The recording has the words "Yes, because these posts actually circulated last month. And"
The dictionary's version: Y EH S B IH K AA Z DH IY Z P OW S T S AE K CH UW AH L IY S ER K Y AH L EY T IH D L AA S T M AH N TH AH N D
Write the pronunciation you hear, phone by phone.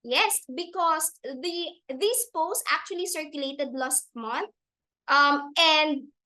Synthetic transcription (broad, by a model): Y EH S B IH K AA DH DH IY S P OW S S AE K CH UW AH L IY S ER K Y AH L EY T IH D L AA S T M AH N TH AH N D